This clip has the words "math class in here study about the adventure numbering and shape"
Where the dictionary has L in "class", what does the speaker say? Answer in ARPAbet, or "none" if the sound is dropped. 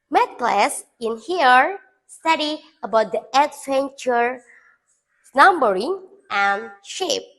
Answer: L